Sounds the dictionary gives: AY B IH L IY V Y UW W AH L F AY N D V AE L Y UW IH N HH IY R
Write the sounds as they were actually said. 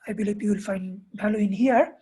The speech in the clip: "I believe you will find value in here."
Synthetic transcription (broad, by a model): AY B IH L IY B Y UW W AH L F AY N D B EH L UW IH N HH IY R